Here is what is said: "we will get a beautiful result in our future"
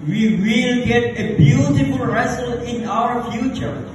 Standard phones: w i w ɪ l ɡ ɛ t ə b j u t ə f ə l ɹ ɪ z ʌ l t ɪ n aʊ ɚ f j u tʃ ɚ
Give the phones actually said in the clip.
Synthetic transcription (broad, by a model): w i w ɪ l ɡ ɛ t ə b j u t ə f ə l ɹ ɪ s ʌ l ɪ n aʊ ɚ f j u tʃ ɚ